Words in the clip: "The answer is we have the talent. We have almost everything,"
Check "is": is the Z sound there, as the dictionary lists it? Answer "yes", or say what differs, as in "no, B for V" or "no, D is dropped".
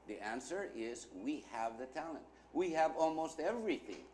yes